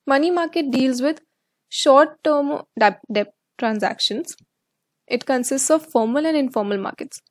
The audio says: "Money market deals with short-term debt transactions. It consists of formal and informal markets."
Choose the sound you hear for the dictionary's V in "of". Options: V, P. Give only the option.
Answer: V